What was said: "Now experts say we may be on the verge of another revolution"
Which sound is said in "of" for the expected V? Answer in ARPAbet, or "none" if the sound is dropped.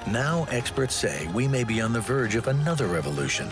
V